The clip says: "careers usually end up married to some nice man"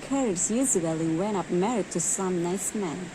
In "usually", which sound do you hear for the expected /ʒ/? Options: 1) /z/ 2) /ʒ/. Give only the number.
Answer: 1